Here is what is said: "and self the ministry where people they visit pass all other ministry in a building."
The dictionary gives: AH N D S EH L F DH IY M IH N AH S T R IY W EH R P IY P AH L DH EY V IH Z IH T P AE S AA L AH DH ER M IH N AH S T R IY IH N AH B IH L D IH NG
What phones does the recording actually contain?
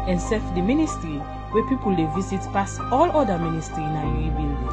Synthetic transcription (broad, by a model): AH N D S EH F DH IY M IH N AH S T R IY W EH P IY P AH L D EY V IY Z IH T P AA S AA L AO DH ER M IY N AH S T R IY IH N AH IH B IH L